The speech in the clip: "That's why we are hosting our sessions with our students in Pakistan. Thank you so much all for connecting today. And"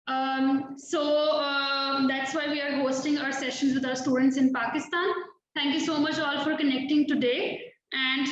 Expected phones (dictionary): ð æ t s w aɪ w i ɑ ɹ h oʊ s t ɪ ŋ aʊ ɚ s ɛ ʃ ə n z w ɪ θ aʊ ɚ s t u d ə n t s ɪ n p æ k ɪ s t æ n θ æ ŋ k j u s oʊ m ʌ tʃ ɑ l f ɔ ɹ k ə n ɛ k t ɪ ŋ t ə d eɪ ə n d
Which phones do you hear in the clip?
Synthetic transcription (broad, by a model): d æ t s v aɪ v i ɑ ɹ h oʊ s t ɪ ŋ aʊ ɚ s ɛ ʃ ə n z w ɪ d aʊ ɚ s t u d ə n t s ɪ n p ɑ k ɪ s t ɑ n t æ ŋ k j u s oʊ m ʌ tʃ ɑ l f ɔ ɹ k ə n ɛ k t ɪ ŋ t ə d eɪ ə n d